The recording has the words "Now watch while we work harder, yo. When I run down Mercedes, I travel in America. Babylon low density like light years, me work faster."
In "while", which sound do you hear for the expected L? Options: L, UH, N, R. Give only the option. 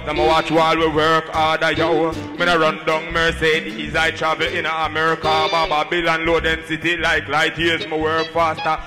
L